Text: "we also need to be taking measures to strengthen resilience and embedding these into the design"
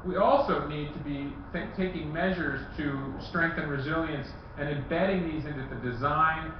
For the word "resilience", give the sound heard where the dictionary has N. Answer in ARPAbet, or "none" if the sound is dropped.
N